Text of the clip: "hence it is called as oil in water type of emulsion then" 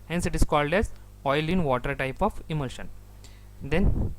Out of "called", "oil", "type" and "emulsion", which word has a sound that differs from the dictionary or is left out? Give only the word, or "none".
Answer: none